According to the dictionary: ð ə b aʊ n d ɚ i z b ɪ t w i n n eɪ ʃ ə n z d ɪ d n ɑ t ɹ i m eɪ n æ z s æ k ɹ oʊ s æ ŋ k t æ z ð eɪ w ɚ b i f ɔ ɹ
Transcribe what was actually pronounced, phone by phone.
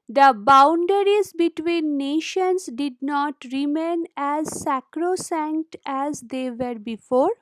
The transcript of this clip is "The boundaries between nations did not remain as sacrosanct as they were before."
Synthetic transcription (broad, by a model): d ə b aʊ n d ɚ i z b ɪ t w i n n eɪ ʃ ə n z d ɪ d n ɑ t ɹ i m eɪ n æ z s æ k ɹ oʊ s æ ŋ k t æ z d eɪ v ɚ b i f ɔ ɹ